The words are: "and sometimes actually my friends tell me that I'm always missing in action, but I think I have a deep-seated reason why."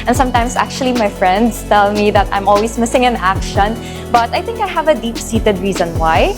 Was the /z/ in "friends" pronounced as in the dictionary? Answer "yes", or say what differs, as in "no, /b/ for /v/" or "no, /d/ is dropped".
no, /s/ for /z/